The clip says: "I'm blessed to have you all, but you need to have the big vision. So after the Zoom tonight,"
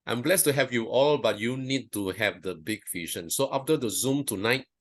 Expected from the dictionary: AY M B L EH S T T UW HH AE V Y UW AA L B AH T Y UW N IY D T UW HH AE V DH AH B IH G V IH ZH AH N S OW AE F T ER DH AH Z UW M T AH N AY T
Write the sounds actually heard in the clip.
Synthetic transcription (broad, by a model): AY M B L EH S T T UW HH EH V Y UW AA L B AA T Y UW N IY D T UW HH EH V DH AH B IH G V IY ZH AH N S OW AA F T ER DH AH Z UW M T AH N AY T